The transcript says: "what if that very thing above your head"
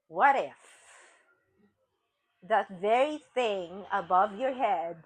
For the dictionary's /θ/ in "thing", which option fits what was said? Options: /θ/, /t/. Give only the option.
/θ/